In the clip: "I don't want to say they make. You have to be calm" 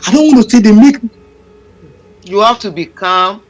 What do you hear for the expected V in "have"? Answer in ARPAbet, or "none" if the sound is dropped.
F